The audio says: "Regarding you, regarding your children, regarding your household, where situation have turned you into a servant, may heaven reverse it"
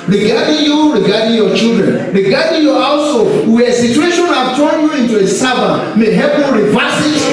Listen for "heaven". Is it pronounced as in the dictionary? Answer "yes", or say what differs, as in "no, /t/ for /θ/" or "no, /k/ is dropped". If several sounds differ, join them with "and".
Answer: no, /p/ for /v/